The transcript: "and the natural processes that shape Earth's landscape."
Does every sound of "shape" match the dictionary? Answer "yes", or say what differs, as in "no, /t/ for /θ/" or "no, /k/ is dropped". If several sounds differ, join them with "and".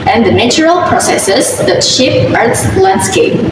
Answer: yes